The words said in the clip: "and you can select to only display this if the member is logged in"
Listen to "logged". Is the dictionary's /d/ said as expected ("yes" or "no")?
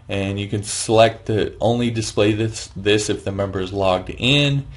yes